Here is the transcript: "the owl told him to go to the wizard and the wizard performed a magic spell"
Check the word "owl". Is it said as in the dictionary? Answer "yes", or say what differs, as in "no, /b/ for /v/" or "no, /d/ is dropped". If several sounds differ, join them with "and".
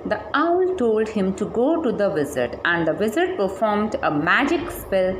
yes